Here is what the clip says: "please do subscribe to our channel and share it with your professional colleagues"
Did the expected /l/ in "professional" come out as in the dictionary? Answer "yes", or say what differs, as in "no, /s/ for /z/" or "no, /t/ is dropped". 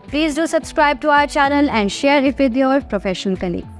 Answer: no, /n/ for /l/